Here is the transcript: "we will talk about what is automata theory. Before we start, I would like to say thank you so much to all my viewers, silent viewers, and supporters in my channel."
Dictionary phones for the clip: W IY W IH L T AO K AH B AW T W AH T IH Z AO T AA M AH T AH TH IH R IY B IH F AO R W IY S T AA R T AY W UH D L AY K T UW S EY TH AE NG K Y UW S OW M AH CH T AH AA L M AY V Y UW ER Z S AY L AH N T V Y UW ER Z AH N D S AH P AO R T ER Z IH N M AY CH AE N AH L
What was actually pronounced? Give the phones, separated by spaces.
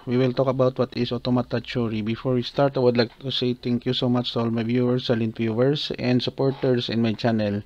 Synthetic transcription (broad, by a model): W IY W IH L T AO K AH B AW T W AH T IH S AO T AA M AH T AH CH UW R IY B IH F AO R W IY S T AA R T AY W UH D L AY K T UW S EY T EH NG K Y UW S OW M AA CH T AH AA L M AY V Y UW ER S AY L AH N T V Y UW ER S AH N D S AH P AO R T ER S IH N M AY CH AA N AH L